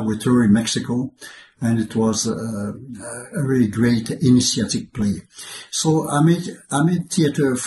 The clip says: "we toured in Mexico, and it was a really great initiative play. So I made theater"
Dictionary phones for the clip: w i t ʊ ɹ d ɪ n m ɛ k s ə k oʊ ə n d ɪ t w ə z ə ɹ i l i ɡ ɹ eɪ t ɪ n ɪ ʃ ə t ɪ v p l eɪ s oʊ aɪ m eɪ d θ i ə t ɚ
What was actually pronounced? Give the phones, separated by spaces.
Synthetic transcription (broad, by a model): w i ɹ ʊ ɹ ɪ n m ɛ k s ə k oʊ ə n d ɪ t w ə z ə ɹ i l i ɡ ɹ eɪ t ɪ n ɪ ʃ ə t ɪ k p l eɪ s oʊ aɪ m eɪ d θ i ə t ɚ